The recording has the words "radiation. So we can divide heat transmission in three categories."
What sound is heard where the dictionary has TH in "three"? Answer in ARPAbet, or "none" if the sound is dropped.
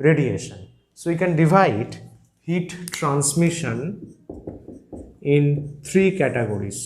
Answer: T